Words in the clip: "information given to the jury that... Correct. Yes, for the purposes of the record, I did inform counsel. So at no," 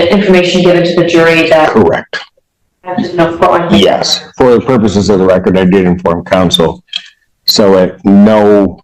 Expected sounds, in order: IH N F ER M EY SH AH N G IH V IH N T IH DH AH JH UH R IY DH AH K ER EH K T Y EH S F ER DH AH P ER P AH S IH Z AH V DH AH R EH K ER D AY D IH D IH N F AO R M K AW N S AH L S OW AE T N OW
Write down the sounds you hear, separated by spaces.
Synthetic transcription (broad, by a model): IH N F ER M EY SH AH N G IH V IH N T IH DH AH JH UH R IY DH AH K ER EH K T Y EH S F ER DH AH P ER P AH S IH Z AH V DH AH R EH K ER D AY D IH D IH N F AO R M K AW N S L S OW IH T N OW